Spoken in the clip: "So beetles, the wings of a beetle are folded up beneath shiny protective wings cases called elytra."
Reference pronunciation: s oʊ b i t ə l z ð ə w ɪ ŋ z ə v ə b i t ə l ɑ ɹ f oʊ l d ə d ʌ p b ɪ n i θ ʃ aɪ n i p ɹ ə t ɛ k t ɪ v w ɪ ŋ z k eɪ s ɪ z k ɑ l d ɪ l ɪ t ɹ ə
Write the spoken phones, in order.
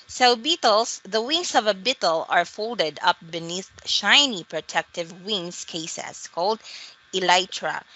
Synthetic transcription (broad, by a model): s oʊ b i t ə l s ð ə w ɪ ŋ s ə v ə b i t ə l ɑ ɹ f oʊ l d ə d ʌ p b ɪ n i θ ʃ aɪ n i p ɹ ə t ɛ k t ɪ v w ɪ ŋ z k eɪ s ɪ s k ɑ l d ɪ l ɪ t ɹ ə